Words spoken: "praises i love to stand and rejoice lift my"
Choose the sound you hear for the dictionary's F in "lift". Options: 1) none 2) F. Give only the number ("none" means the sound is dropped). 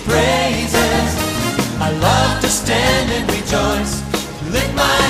1